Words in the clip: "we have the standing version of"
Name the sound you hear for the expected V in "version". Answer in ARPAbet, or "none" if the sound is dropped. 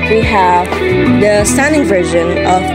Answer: V